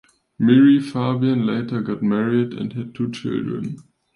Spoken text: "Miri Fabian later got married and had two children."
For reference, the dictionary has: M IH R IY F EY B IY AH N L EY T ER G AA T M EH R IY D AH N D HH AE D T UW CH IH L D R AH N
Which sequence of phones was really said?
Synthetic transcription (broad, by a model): M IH R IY F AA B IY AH N L EY T ER G AA T M EH R IY D AH N D HH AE D T UW CH IH L D R AH N